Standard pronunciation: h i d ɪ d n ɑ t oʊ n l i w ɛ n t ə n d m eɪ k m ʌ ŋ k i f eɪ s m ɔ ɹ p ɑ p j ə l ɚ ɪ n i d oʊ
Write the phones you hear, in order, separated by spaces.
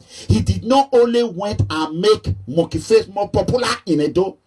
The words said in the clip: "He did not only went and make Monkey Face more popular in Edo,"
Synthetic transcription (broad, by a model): h i d ɪ d n ɑ t oʊ n l i w ɛ n t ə n m eɪ k m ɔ k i f eɪ s m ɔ p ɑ p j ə l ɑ ɪ n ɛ d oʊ